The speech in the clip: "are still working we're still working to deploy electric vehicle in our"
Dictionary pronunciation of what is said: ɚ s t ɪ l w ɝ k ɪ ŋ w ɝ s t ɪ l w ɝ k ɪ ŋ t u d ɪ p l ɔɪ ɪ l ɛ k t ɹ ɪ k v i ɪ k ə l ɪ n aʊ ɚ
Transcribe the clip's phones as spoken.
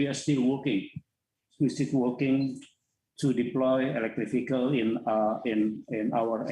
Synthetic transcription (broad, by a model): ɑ s t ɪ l w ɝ k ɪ ŋ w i s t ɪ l w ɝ k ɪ ŋ t u d ɪ p l ɔɪ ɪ l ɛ k t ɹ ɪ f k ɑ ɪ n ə n ɪ n aʊ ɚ